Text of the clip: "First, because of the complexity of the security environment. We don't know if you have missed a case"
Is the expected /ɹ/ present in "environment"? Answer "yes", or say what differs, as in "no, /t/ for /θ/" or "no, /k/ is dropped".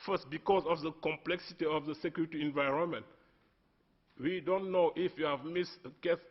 yes